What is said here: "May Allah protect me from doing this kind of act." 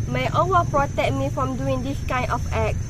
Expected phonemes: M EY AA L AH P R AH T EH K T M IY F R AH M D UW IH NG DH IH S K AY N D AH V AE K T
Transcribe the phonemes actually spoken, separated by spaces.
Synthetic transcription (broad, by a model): M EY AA W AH P R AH T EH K M IY F R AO M D UW IH NG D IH S K AY N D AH F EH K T